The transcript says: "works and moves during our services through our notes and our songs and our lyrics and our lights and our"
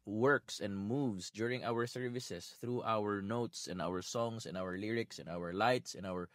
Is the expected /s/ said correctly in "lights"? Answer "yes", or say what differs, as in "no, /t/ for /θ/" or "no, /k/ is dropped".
yes